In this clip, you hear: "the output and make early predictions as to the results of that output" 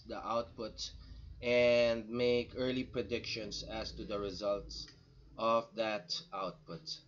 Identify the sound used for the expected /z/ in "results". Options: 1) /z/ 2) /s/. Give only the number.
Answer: 1